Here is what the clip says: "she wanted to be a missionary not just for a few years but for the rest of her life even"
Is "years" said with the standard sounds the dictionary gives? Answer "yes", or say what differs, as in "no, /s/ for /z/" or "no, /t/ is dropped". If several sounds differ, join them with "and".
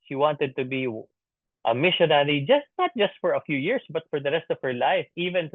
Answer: no, /s/ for /z/